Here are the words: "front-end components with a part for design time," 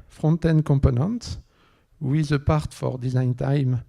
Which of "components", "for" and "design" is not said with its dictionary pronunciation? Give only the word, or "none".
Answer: components